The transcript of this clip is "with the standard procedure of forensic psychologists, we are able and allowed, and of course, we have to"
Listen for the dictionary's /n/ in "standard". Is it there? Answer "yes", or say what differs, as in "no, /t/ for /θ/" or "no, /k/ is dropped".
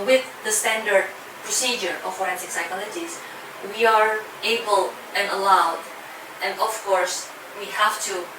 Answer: yes